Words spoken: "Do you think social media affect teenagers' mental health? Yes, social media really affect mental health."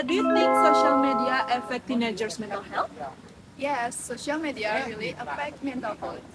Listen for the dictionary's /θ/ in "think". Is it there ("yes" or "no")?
no